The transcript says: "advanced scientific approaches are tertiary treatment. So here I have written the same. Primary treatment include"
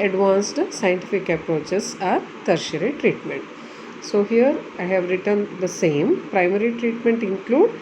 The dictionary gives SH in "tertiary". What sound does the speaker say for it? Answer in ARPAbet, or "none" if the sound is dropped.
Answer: SH